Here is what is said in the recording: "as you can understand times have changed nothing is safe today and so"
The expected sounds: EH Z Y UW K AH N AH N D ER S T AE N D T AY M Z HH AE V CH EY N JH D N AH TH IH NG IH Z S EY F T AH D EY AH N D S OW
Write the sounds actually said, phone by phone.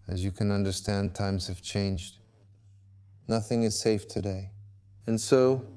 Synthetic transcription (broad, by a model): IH Z Y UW K AH N AH N D ER S T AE N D T AY M Z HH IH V CH EY N JH D N AH TH IH NG IH Z S EY F T AH D EY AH N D S OW